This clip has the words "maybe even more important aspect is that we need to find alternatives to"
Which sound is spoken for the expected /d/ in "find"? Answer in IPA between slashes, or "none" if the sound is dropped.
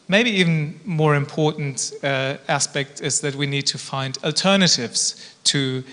/d/